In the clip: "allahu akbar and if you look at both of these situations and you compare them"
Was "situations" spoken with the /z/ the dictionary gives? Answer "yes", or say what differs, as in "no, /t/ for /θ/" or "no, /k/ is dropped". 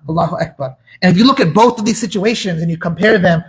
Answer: yes